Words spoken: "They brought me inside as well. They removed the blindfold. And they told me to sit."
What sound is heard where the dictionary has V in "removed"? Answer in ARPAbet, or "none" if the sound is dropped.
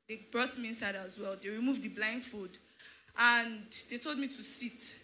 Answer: V